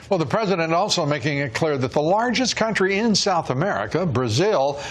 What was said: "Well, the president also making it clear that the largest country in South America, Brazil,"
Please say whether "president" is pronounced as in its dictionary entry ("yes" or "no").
yes